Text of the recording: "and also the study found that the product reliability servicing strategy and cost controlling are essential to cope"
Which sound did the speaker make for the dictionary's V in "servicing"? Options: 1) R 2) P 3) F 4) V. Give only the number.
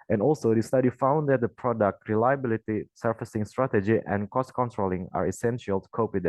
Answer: 3